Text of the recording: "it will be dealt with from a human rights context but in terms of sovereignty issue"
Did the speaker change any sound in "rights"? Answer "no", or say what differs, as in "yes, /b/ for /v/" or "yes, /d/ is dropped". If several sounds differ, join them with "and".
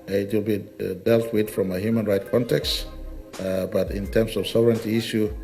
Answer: yes, /s/ is dropped